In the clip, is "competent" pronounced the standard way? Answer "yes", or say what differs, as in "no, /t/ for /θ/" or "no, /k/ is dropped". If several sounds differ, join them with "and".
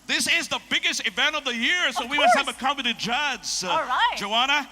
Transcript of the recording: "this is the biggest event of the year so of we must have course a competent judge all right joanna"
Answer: no, /p/ is dropped